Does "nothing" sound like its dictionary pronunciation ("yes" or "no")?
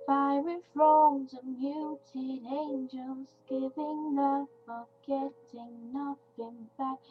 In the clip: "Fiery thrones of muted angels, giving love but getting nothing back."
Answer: no